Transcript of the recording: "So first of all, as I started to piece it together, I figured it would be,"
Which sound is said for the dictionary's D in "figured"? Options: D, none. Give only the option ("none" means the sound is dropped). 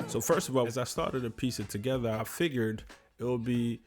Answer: D